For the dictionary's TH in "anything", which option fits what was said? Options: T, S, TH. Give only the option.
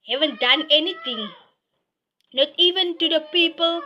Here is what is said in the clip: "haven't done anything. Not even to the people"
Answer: T